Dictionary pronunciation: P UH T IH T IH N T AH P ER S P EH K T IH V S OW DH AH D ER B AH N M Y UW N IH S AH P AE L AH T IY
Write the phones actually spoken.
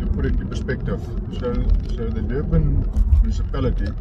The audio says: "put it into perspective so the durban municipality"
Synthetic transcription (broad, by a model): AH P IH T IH T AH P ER S P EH K T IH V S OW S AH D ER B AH N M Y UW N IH S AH P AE L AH T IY